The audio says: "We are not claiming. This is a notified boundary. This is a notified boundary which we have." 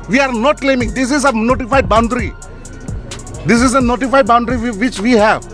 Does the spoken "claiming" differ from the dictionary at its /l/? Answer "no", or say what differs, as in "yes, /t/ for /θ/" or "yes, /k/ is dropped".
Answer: no